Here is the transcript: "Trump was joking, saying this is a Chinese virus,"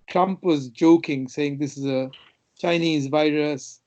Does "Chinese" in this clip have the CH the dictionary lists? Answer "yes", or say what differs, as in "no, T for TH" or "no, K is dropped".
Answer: yes